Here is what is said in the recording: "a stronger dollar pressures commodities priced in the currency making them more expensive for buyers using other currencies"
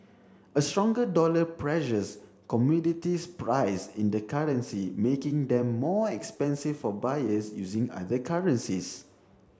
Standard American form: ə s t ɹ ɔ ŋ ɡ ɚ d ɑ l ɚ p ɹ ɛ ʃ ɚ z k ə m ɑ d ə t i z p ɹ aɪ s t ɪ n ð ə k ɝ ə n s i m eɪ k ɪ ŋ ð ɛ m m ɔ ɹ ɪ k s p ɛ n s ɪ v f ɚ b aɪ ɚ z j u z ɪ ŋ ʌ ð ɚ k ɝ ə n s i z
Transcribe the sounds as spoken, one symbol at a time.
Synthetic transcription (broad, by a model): ə s t ɹ ɔ ŋ ɡ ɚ d ɑ l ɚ p ɹ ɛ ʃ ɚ s k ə m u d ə t i s p ɹ aɪ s ɪ n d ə k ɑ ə n s i m eɪ k ɪ ŋ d ɛ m m ɔ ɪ k s p ɛ n s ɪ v f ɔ b aɪ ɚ s j u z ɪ ŋ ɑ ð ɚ k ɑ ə n s i s